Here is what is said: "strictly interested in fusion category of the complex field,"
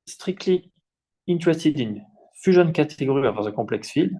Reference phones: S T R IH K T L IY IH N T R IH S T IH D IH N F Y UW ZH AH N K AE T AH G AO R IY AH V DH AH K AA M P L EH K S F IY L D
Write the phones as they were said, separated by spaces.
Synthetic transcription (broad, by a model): S T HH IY K T L IY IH N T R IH S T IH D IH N F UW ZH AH N K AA T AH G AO R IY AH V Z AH K AA P L EH K S F IY L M